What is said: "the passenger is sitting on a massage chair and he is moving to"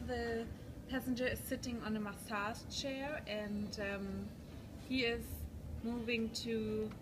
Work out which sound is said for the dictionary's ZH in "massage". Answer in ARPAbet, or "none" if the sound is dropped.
S